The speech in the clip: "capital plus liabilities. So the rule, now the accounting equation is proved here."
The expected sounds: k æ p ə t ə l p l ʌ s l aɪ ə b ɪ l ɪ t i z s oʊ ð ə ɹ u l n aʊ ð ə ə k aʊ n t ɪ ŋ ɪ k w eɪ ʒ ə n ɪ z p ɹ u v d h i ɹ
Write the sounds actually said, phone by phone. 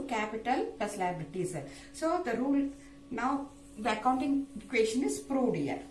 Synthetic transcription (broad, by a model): k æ p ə t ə l p l ʌ s l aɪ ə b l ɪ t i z s oʊ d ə ɹ u l n aʊ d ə ə k aʊ n t ɪ ŋ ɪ k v eɪ ʃ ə n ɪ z p ɹ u d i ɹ